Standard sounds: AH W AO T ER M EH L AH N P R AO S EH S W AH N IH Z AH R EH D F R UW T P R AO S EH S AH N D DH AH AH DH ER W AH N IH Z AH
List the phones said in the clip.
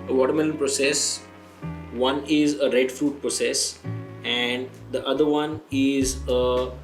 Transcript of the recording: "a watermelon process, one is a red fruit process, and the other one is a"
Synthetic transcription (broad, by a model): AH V AO T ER M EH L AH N P R AO S EH S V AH N IH Z AH R EH D F R UW T P R AO S EH S AH N D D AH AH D ER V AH N IH Z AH